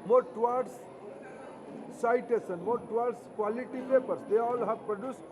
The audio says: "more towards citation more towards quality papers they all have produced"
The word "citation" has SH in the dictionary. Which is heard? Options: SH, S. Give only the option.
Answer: S